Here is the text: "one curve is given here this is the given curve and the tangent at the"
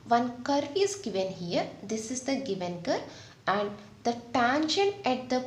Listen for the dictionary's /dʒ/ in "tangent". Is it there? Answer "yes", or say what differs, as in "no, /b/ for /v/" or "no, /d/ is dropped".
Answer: no, /ʃ/ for /dʒ/